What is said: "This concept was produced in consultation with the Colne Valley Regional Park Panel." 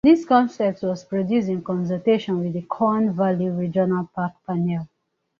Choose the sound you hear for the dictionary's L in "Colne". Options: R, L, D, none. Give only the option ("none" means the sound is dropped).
none